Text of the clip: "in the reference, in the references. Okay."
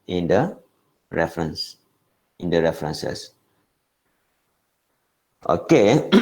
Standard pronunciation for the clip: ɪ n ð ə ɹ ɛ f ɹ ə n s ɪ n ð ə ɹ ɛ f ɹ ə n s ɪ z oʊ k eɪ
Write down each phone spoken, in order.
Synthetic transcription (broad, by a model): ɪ n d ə ɹ ɛ f ɹ ə n s ɪ n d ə ɹ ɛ f ɹ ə n s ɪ s oʊ k eɪ